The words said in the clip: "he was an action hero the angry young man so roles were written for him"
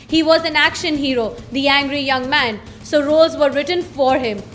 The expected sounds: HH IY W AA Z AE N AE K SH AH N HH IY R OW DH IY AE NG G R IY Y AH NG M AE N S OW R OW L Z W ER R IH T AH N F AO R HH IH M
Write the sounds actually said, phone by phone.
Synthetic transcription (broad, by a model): HH IY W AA Z AE N AE K SH AH N HH IY R OW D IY AE NG G R IY Y AH NG M AE N S OW R OW Z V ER R IH T AH N F AO R HH IH M